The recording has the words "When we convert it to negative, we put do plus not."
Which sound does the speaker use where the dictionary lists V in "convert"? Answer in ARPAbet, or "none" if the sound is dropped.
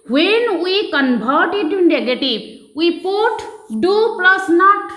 B